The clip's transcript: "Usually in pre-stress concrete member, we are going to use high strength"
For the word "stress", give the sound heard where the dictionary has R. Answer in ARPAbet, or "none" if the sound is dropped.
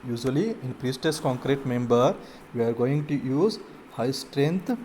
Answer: none